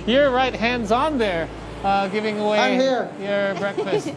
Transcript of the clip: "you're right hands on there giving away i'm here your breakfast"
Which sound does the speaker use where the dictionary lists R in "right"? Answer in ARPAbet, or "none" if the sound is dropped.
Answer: R